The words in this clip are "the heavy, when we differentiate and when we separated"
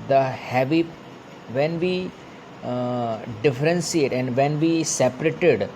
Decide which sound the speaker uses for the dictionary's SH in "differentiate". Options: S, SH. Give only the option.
S